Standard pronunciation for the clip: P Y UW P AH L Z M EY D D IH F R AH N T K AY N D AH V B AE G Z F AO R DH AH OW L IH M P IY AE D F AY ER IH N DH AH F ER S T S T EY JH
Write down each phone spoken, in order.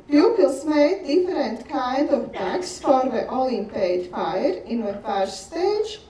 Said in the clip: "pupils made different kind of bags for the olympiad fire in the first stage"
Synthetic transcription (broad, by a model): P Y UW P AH L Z M EY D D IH F R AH N T K AY N D AH V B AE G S F AO R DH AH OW L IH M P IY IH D F AY ER IH N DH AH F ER T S T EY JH